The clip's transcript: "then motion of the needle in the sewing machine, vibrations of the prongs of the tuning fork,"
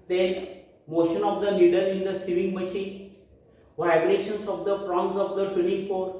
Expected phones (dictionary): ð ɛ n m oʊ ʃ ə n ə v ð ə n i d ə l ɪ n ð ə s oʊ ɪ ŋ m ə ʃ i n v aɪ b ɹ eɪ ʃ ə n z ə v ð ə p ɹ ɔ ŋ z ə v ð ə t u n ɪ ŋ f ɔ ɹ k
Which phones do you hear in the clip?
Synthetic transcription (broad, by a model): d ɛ n m oʊ ʃ ə n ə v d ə l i d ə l ɪ n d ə s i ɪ ŋ m ə ʃ i n v aɪ b ɹ eɪ ʃ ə n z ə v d ə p ɹ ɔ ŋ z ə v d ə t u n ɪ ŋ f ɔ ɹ